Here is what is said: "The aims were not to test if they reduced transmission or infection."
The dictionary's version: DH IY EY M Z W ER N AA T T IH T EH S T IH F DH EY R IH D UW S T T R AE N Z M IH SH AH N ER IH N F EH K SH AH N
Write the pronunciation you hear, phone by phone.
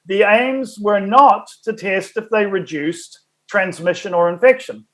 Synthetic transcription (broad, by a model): DH IY EY M Z W ER N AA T T IH T EH S T IH F DH EY R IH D UW S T T R AE N Z M IH SH AH N ER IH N F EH K SH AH N